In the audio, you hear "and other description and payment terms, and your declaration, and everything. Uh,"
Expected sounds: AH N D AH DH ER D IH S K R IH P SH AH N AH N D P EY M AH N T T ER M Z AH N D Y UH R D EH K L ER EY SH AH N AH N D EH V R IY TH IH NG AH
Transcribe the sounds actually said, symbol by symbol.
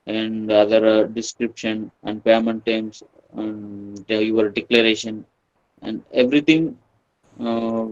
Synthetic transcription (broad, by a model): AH N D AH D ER D IH S K R IH P SH AH N AH N D P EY M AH N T T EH M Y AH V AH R D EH K L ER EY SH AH N AH N D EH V R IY T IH NG